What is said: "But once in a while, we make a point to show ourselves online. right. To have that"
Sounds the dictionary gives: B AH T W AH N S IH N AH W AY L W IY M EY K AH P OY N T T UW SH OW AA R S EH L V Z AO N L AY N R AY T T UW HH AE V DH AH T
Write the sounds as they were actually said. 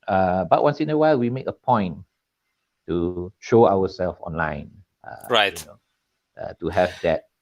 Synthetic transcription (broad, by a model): B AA T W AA N S IH N AH W AY L W IY M EY K AH P OY N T T UW SH OW AA W S EH L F AO N L AY N R AY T T UW HH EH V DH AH T